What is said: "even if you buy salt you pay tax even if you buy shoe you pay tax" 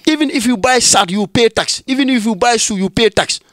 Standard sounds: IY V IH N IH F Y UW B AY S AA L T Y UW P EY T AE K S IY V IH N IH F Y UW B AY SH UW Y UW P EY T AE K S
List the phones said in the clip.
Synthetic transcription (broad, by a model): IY V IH N IH F Y UW B AY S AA T Y UW P EY T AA K S IY V IH N IH F Y UW B AY S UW Y UW P EY T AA K S